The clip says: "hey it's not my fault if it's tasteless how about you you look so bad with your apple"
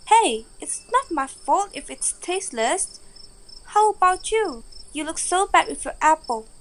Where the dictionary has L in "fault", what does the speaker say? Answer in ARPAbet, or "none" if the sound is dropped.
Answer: L